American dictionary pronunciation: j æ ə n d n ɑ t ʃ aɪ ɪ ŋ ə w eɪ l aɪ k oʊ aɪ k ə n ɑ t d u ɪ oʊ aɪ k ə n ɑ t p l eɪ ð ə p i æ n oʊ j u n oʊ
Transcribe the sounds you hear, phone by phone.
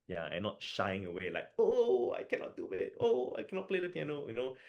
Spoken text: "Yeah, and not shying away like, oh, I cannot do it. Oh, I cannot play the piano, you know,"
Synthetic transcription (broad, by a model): j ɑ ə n n ɑ t ʃ aɪ ɪ ŋ ə w eɪ l aɪ k oʊ aɪ k ə n ɑ t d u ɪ oʊ aɪ k ə n ɑ t p l eɪ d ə p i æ n oʊ j u n oʊ